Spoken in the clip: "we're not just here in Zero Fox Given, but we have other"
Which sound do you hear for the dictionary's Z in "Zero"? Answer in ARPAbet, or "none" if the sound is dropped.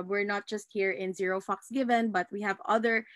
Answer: Z